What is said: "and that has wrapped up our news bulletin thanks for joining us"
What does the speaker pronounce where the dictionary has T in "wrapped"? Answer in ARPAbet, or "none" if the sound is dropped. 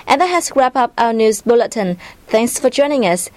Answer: none